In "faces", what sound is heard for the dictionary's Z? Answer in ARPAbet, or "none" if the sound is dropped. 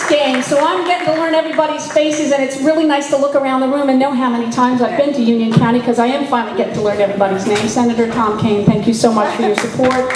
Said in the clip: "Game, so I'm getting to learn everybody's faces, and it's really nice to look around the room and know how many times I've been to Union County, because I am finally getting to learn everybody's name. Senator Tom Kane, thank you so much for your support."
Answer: Z